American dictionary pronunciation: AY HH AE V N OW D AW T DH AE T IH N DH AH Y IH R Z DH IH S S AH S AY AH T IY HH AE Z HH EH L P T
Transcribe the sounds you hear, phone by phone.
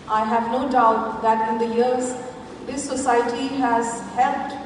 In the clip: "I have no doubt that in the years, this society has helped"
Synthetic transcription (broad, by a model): AY HH AE V N OW D AW T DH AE T IH N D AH Y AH R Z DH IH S S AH S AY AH T IY HH AE Z HH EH L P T